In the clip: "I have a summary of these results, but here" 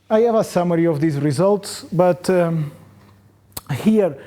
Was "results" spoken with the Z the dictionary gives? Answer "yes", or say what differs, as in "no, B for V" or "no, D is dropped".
yes